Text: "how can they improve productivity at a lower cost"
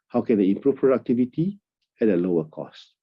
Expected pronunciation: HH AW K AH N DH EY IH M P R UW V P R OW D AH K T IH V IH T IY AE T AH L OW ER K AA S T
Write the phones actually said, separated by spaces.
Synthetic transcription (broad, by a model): HH AW K AH N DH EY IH M P R UW F P R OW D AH K T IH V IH T IY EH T AH L OW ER K AA S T